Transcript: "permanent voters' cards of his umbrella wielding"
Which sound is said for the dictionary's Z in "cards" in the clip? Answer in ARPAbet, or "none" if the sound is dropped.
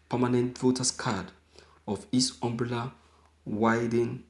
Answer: none